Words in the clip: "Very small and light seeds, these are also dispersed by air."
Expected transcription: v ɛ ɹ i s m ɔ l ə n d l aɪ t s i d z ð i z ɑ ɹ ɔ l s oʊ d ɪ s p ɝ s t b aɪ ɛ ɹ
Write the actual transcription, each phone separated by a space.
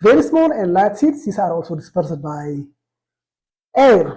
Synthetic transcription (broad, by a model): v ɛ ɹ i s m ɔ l ə n d l aɪ t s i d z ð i s ɑ ɹ ɔ l s oʊ d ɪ s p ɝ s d b aɪ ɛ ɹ